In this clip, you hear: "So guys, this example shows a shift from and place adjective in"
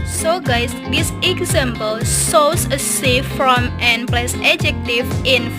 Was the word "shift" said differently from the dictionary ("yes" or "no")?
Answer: yes